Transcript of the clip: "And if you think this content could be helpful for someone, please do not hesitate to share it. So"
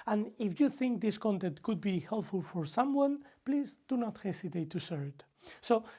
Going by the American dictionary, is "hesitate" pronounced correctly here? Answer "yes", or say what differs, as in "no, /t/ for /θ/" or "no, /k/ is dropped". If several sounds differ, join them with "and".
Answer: no, /s/ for /z/